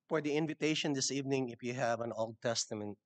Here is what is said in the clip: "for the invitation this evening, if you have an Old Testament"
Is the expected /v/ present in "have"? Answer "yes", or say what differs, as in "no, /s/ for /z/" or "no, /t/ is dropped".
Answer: yes